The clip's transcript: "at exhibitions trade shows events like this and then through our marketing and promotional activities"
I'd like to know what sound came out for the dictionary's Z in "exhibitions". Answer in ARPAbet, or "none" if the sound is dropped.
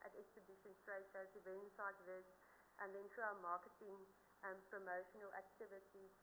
S